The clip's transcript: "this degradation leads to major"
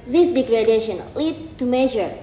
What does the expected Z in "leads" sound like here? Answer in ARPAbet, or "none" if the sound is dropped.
S